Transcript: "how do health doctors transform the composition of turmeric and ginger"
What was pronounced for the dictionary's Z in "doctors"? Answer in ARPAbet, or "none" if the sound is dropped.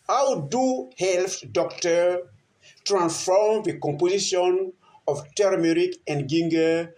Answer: none